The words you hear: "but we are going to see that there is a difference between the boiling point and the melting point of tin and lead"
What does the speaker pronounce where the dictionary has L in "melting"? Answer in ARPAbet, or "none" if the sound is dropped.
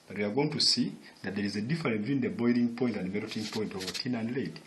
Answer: none